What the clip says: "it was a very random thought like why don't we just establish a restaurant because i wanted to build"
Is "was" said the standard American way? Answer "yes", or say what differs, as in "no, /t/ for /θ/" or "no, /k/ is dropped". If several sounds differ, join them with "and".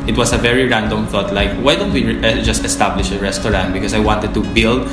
no, /s/ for /z/